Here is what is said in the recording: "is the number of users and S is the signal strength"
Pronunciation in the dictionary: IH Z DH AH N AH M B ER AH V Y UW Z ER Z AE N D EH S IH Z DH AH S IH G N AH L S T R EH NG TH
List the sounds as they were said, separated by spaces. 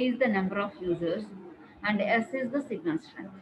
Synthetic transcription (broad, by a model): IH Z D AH N AH M B ER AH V Y UW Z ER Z AE N D EH S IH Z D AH S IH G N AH N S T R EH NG